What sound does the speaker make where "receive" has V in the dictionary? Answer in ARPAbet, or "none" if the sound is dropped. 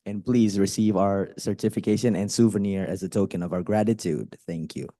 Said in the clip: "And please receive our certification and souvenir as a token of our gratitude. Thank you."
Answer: V